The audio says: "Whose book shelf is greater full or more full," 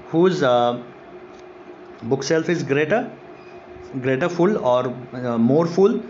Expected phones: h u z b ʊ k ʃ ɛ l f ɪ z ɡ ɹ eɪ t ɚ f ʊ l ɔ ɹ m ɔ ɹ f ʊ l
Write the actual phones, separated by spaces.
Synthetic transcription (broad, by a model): h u z b ʊ k s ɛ l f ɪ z ɡ ɹ eɪ t ɚ f ʊ l ɔ ɹ m ɔ ɹ f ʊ l